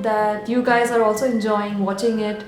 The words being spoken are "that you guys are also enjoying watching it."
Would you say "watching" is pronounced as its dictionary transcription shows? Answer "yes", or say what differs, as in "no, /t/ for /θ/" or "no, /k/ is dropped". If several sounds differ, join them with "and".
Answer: yes